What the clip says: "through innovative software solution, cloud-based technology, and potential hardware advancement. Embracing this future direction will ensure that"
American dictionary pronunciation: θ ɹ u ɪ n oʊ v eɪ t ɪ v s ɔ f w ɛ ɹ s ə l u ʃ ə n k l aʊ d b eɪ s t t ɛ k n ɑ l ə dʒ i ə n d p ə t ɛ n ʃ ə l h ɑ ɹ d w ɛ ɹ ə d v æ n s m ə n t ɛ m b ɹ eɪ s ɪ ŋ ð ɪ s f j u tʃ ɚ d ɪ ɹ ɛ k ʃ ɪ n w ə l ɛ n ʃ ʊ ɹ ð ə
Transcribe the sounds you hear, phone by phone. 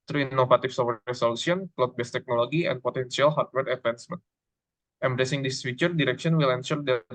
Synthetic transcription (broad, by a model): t ɹ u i n oʊ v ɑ t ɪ f s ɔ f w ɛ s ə l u s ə n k l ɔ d b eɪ s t t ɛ k n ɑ l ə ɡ i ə n p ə t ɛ n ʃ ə l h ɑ ɹ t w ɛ ɹ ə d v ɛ n s m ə n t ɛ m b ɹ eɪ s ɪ ŋ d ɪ s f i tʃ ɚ d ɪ ɹ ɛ k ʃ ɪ n w ə l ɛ n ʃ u ɹ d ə